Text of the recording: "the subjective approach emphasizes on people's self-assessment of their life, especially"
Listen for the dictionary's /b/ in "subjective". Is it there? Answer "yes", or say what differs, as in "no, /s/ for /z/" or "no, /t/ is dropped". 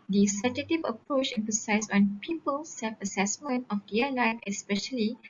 no, /b/ is dropped